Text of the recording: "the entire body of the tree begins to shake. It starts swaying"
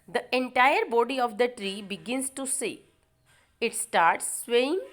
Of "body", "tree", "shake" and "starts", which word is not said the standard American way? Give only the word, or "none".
shake